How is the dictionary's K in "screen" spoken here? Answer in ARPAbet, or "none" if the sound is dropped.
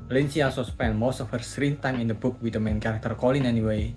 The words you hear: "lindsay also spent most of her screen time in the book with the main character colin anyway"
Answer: none